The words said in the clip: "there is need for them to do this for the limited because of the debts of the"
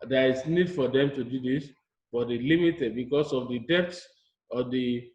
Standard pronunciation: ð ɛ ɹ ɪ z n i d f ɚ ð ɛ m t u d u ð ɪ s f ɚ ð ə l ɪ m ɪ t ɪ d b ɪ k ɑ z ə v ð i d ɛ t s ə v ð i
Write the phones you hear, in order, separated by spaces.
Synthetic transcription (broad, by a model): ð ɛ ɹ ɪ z n i d f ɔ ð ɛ m t u d u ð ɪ s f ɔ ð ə l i m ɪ t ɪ d b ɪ k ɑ s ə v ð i d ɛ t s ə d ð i